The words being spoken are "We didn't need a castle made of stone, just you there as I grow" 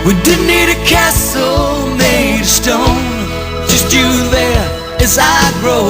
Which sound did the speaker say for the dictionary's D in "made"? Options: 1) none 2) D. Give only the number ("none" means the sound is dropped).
1